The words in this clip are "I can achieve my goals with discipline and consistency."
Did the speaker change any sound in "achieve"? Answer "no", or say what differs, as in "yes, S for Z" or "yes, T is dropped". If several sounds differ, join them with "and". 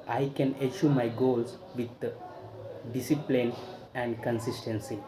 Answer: yes, SH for CH